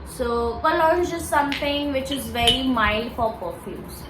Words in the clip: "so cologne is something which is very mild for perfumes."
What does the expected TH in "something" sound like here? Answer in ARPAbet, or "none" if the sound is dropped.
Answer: T